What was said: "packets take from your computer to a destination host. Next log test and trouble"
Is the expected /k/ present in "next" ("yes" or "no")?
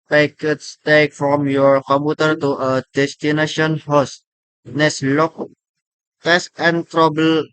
no